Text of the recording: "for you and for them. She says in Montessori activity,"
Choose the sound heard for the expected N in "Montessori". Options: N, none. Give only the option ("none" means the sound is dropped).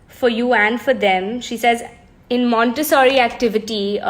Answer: N